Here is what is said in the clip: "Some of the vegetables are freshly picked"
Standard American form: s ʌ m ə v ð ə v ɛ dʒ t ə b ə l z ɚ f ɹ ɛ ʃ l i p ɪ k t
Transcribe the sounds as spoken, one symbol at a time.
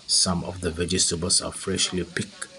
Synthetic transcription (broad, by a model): s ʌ m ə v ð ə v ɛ dʒ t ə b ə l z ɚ f ɹ ɛ ʃ l i p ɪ k